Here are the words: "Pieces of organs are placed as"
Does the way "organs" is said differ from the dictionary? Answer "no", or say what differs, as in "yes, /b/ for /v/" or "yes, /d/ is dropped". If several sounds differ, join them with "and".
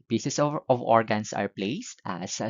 yes, /s/ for /z/